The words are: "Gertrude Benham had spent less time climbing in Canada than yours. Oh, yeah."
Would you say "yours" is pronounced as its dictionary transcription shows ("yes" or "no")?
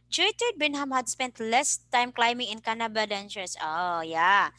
no